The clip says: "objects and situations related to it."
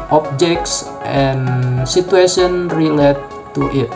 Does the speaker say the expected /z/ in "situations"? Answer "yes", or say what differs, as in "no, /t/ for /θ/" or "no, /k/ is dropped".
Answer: no, /z/ is dropped